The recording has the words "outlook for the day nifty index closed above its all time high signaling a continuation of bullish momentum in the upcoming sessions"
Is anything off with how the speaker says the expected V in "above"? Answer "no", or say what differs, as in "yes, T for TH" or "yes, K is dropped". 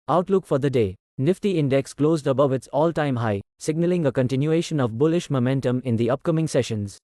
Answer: no